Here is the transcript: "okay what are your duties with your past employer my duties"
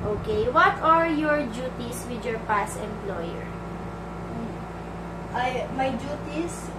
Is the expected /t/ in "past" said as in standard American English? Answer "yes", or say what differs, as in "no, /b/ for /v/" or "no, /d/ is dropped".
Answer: no, /t/ is dropped